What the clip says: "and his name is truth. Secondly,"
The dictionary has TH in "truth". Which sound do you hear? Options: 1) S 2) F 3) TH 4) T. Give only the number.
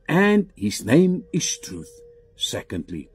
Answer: 3